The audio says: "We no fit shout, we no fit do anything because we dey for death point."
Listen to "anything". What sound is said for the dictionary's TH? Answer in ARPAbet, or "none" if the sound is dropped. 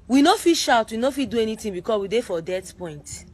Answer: T